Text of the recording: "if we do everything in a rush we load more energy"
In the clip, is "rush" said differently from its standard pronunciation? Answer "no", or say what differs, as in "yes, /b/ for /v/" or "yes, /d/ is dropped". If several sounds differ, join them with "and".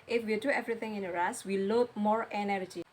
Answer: yes, /s/ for /ʃ/